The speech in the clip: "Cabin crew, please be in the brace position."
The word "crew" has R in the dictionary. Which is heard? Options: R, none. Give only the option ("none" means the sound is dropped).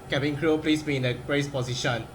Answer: R